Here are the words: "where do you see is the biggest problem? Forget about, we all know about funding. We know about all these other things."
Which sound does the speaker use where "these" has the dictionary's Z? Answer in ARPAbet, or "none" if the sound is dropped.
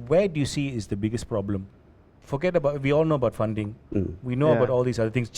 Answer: S